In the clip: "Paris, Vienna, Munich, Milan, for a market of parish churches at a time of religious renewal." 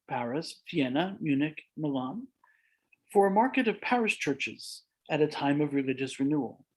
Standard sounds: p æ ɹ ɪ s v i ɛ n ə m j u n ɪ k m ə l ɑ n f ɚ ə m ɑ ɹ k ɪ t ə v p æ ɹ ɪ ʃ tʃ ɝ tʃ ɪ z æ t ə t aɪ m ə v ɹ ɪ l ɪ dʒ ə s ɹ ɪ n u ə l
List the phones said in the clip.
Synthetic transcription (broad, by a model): p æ ɹ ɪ s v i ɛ n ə m j u n ɪ k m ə l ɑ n f ɚ ə m ɑ ɹ k ɪ t ə v p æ ɹ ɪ s tʃ ɝ tʃ ɪ z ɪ t ə t aɪ m ə v ɹ ɪ l ɪ dʒ ə s ɹ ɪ n u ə l